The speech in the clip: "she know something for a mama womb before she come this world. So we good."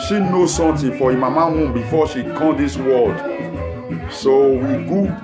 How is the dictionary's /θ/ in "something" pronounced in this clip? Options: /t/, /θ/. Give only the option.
/t/